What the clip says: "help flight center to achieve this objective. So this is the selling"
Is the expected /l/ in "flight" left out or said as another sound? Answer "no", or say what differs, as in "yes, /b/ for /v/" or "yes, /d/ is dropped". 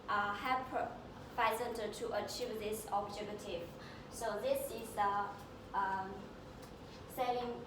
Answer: yes, /l/ is dropped